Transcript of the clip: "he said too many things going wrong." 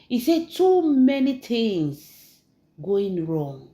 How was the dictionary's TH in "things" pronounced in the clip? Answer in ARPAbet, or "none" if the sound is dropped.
T